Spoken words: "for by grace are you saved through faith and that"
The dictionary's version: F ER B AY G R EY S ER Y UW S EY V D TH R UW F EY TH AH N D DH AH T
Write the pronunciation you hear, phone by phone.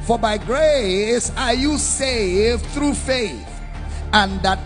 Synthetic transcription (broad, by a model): F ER B AY G R EY S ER Y UW S EY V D TH R UW F EY TH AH N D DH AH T